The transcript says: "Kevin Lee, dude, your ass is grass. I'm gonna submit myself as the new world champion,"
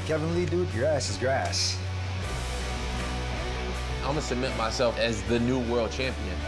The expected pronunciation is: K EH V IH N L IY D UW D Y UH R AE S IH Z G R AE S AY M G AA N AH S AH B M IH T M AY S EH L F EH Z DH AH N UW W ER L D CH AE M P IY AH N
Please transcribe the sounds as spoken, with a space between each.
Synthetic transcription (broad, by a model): K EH V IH N L IY D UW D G R AE S IH Z G R AE S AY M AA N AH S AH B M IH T M AY S EH L F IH Z DH AH N UW W ER L D CH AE M P IY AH N